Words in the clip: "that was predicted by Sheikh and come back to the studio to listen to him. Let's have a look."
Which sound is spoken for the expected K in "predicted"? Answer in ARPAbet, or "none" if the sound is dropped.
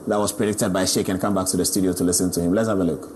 K